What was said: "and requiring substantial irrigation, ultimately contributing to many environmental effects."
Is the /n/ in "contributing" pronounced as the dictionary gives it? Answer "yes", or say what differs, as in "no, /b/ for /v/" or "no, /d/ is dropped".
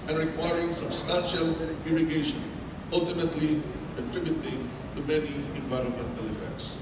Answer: no, /n/ is dropped